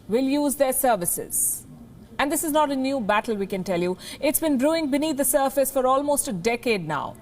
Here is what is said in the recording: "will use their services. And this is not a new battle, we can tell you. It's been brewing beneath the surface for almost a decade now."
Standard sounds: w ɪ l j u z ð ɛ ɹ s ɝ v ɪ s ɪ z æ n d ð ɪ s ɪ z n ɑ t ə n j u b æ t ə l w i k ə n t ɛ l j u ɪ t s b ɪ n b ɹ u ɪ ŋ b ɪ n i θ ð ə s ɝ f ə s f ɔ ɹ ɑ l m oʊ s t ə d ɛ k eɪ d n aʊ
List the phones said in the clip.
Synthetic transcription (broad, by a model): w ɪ l j u z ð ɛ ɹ s ɝ v ɪ s ɪ z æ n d ɪ s ɪ z n ɑ t ə n j u b æ t ə l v i k ə n t ɛ l j u ɪ t s b ɪ n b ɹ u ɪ ŋ b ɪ n i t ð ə s ɝ f ə s f ɔ ɹ ɑ l m oʊ s t ə d ɛ k eɪ d n aʊ